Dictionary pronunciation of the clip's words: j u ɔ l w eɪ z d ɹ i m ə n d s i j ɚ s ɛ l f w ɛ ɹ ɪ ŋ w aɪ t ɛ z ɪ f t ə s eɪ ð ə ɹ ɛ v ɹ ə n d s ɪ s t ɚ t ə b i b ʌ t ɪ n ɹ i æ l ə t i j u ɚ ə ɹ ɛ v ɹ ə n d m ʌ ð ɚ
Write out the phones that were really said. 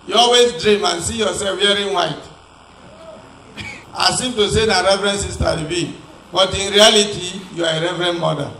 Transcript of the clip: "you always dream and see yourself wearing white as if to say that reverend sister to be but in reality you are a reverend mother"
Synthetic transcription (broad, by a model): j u ɔ l w eɪ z d ɹ i m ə n s i j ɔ s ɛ l f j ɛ ɹ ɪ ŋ w aɪ t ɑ s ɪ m t ə s eɪ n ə ɹ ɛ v ɹ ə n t s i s t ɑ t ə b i b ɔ t ɪ n ɹ i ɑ l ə t i j u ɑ ə ɹ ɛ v ɹ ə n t m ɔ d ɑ